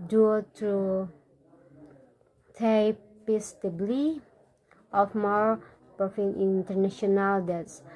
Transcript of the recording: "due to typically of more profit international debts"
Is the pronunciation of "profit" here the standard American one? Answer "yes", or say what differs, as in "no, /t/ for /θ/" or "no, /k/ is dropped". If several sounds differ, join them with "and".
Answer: no, /ɹ/ is dropped